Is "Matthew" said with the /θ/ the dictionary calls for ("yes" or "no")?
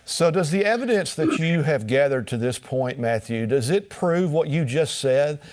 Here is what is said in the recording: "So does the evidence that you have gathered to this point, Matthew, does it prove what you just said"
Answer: yes